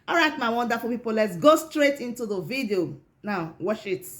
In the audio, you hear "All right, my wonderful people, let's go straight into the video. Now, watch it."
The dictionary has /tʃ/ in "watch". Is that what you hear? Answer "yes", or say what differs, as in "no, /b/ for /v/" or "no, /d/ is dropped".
no, /ʃ/ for /tʃ/